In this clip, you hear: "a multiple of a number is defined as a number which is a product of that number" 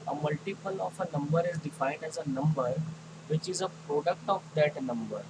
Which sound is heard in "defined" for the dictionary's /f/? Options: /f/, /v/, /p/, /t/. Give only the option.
/f/